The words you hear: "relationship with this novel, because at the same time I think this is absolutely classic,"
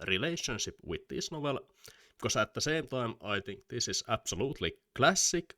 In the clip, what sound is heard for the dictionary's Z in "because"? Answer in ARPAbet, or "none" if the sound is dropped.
S